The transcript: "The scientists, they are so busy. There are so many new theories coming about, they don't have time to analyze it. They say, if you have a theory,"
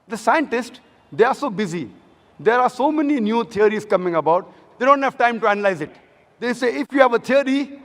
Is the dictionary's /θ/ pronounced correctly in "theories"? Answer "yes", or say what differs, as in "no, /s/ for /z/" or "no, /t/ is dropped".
no, /t/ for /θ/